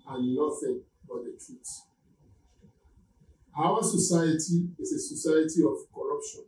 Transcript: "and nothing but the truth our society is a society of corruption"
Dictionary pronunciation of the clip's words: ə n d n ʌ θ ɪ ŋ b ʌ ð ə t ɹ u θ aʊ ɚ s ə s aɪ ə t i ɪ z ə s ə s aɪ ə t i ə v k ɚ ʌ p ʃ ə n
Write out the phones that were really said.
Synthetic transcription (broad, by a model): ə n n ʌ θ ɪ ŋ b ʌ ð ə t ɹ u s aʊ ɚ s ə s aɪ ə t i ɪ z ə s ə s aɪ ə t i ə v k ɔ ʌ p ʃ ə n